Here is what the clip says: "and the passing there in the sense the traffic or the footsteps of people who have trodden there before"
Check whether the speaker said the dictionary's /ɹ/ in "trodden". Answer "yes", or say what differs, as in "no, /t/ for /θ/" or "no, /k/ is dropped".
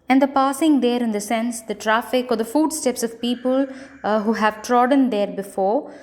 yes